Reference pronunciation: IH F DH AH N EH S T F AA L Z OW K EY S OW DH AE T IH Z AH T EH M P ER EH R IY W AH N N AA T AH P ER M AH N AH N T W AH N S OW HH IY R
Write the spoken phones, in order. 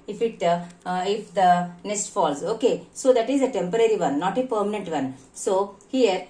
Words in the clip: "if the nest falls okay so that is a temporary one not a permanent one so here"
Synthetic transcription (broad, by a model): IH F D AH N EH S T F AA L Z OW K EY S OW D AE T IH Z AH T EH M P ER EH R IY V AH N N AA T AH P ER M AH N AH N T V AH N S OW HH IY R